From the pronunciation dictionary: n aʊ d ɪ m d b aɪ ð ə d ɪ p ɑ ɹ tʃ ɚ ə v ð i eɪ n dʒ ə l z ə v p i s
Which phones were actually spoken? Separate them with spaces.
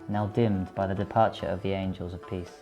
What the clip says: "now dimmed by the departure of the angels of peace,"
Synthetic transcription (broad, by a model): n aʊ d ɪ m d b aɪ ð ə d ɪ p ɑ tʃ ɚ ə v ð i eɪ n dʒ ə l z ə v p i s